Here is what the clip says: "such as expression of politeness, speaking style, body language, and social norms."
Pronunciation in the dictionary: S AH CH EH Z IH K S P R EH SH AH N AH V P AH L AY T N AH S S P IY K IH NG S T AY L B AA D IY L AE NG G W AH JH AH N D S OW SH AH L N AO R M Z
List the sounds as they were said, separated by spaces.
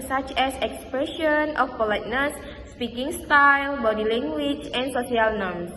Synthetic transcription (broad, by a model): S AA CH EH S IH K S P R EH SH AH N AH F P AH L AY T N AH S S P IY K IH NG S T AY L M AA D IY L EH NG G W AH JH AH N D S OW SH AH L N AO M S